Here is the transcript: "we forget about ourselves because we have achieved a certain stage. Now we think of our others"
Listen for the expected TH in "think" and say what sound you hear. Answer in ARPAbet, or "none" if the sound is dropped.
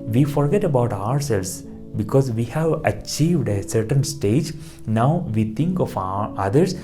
T